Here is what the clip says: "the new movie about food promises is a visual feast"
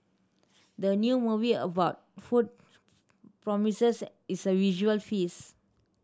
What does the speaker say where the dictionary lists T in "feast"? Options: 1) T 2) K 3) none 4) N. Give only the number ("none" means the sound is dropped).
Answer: 3